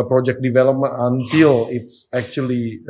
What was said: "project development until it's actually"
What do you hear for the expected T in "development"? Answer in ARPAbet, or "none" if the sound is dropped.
none